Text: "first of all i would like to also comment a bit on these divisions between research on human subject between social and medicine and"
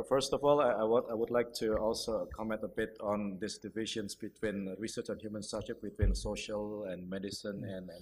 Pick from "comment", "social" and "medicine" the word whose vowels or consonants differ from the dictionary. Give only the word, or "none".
none